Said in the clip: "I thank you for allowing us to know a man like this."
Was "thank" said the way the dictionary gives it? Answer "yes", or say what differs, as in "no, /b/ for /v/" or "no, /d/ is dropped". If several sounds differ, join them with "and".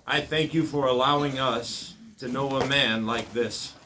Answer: yes